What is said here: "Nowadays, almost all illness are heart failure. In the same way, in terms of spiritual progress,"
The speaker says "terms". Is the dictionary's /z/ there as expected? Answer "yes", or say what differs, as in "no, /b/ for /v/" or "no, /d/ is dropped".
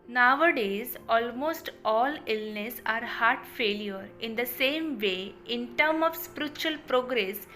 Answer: no, /z/ is dropped